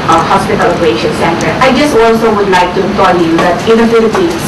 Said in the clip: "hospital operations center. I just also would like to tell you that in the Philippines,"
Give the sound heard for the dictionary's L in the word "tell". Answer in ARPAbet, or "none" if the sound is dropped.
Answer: N